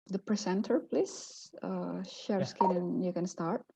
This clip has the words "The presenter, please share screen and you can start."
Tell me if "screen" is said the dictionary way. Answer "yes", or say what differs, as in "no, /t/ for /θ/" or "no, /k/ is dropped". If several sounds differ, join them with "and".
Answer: no, /ɹ/ is dropped